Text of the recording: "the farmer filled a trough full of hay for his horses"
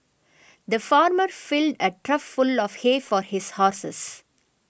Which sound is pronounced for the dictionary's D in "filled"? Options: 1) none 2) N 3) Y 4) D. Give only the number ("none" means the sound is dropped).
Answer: 4